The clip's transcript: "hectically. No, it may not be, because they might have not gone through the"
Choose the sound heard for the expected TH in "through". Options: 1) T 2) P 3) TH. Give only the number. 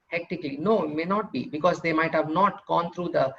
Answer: 1